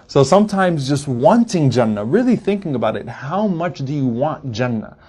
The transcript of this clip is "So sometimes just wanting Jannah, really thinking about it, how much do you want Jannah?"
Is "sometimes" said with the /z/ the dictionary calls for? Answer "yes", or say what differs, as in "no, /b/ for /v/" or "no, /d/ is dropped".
yes